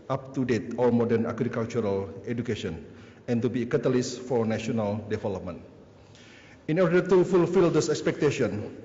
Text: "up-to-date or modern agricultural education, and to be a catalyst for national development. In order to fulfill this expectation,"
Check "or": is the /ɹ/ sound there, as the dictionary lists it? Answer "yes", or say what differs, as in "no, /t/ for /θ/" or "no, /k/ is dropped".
no, /l/ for /ɹ/